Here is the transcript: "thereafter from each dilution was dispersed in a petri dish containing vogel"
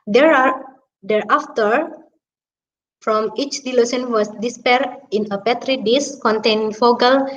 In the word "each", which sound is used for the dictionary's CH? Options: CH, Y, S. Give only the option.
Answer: CH